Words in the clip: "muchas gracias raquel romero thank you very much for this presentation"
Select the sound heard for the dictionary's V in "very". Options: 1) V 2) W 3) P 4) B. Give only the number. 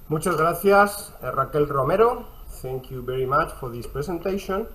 4